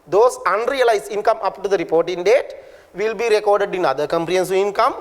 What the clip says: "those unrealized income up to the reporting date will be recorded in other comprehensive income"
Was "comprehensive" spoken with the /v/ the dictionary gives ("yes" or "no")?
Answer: no